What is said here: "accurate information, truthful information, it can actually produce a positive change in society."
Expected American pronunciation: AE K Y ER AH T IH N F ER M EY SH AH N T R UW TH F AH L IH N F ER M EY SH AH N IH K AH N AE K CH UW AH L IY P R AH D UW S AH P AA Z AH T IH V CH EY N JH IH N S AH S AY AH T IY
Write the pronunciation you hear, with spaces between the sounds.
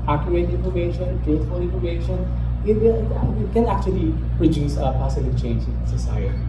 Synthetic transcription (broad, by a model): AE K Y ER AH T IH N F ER M EY SH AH N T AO T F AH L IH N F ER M EY SH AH N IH K AH N AE K CH UW AH L IY P R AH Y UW S AH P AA S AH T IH CH EY N JH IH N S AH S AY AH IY